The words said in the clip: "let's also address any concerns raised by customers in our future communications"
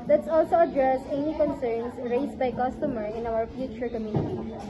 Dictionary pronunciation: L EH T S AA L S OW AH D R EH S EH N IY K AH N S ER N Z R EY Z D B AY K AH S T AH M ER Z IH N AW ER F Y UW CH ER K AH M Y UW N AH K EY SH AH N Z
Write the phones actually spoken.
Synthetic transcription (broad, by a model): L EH T S AA L S OW AH D R EH S EH N IY K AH N S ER N S R EY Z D B AY K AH S T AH M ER IH N AW ER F Y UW CH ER K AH M Y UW N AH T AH